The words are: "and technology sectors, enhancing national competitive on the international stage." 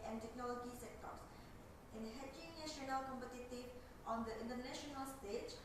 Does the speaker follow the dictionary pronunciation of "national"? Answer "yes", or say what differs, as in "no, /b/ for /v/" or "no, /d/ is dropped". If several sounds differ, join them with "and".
no, /ʃ/ is dropped